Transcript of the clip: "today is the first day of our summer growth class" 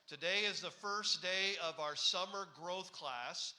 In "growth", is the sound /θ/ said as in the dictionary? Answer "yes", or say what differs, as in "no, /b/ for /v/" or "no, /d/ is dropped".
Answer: yes